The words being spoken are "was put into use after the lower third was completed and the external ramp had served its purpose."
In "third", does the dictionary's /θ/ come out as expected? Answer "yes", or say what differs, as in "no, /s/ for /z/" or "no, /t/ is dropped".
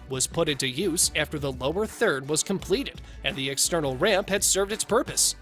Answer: yes